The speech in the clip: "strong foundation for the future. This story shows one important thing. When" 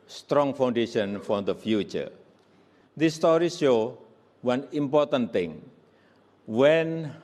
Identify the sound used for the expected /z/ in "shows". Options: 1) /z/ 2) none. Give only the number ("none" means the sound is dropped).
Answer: 2